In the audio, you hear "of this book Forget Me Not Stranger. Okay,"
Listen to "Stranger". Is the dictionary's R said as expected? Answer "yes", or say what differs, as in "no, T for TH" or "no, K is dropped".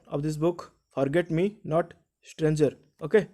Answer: yes